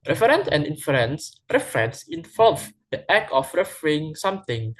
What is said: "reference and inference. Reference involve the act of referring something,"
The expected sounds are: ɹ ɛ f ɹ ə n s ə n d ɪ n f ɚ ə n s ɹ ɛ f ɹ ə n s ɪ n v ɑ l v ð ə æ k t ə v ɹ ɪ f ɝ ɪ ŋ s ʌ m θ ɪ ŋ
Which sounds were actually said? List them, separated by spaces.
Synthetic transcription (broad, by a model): ɹ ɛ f ɹ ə n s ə n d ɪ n f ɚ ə n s ɹ ɛ f ɹ ə n s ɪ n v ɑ l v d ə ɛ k ə f ɹ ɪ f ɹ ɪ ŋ s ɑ m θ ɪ ŋ